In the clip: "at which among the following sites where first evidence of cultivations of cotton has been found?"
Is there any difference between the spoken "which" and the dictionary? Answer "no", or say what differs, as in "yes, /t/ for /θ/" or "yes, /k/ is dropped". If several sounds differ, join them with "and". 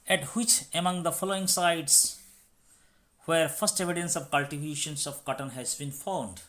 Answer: no